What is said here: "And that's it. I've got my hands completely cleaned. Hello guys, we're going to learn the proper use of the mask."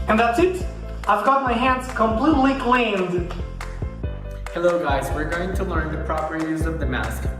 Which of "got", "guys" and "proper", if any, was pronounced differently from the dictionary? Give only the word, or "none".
none